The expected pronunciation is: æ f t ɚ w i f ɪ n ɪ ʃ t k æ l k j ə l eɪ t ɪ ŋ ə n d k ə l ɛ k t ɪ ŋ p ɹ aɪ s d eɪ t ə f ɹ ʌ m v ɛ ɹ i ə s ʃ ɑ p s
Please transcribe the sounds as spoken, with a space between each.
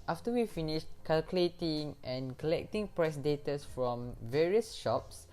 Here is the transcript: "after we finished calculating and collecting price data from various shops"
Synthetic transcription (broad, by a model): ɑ f t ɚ w i f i n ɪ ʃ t k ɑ l k j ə l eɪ t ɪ ŋ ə n k ə l ɛ k t ɪ ŋ p ɹ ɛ s d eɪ t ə f ɹ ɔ m v ɛ ɹ i ə s ʃ ɑ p s